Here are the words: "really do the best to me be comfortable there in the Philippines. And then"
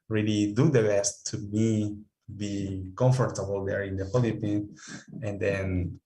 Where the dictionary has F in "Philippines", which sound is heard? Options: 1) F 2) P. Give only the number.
2